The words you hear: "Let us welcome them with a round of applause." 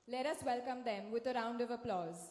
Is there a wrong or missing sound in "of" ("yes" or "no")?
no